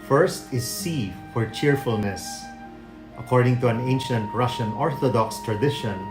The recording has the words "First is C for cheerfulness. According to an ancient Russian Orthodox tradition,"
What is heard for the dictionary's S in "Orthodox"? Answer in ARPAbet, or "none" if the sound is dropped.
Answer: S